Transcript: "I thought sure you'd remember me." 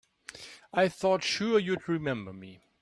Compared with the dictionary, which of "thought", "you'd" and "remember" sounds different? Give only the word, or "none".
none